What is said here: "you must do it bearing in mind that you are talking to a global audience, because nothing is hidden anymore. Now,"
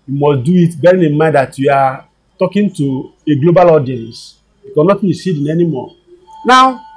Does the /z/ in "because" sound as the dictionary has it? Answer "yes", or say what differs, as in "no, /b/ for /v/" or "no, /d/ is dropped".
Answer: no, /z/ is dropped